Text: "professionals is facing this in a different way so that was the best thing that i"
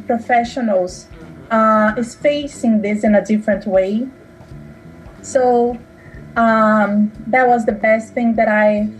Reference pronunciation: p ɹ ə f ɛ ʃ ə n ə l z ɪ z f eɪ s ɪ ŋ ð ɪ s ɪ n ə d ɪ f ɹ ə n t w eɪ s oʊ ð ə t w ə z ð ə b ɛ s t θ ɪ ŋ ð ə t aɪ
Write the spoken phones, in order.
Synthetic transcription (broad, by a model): p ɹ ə f ɛ ʃ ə n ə l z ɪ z f eɪ s ɪ ŋ ð ɪ s ɪ n ə d ɪ f ɹ ə n t w eɪ s oʊ ð ə t w ə z ð ə b ɛ s t θ ɪ ŋ ð ə t aɪ